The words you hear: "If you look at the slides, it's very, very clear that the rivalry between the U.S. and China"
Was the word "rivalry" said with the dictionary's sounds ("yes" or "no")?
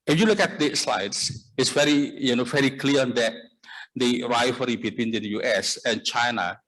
no